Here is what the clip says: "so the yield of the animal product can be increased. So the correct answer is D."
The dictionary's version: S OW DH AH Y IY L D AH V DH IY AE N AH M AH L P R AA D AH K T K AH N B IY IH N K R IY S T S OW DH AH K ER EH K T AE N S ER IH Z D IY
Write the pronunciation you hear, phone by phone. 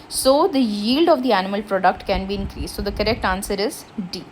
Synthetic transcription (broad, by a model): S OW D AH Y IY L D AH V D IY AE N AH M AH L P R AA D AH K T K AH N B IY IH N K R IY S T S OW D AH K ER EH K T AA N S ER IH Z D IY